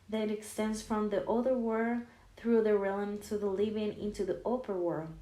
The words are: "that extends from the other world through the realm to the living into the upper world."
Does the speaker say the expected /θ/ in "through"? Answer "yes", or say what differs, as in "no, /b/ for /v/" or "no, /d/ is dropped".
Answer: yes